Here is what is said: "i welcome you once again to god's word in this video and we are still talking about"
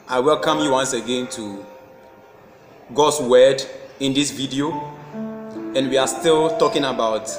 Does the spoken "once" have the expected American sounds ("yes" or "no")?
yes